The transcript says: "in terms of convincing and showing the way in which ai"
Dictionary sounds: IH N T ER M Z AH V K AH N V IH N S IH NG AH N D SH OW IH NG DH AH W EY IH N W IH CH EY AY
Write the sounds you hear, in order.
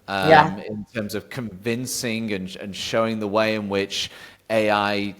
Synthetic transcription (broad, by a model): IH N T ER M Z AH V K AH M V IH N S IH NG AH N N SH OW IH NG DH AH W EY IH N W IH CH EY AY